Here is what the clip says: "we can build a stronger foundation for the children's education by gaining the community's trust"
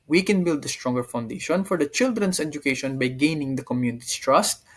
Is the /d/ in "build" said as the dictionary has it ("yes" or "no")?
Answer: yes